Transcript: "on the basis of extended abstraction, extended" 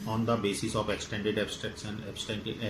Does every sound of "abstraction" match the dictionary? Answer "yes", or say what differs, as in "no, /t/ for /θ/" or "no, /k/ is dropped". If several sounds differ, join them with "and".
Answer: no, /s/ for /ʃ/